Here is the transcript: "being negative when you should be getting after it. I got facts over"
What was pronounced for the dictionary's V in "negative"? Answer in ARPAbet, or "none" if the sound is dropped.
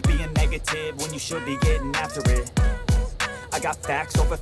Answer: V